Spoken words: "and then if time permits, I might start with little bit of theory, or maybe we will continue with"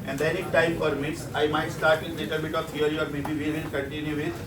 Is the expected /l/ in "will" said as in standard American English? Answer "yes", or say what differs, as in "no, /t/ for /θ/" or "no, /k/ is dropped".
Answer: no, /n/ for /l/